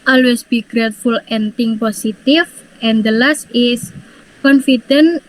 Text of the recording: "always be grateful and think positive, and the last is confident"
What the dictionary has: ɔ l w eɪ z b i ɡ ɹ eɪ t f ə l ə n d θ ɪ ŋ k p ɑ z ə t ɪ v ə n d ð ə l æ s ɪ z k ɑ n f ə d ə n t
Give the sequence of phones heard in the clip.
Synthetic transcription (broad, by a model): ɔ l w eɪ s b i ɡ ɹ eɪ t f ə l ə n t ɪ ŋ p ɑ s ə t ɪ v ə n d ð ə l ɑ s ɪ s k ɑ n f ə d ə n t